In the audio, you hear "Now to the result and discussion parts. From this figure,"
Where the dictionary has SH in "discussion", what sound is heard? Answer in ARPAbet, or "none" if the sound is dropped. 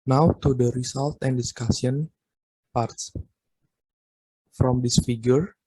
S